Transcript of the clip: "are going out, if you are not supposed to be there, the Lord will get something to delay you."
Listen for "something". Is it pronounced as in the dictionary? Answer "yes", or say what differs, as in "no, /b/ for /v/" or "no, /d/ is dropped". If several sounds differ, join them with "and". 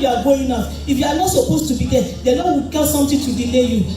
no, /t/ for /θ/